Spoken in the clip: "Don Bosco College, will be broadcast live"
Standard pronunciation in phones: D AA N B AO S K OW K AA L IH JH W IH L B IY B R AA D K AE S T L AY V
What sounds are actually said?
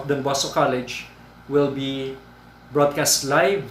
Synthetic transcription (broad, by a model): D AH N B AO S OW K AA L IH JH W IH L B IY B R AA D K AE S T L AY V